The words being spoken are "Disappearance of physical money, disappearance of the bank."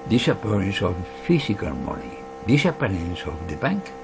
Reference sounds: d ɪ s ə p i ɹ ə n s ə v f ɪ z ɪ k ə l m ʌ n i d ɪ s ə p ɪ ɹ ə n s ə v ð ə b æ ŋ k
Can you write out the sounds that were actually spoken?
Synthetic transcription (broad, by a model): d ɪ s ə p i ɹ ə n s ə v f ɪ s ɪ k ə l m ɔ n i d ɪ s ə p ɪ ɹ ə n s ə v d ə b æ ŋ k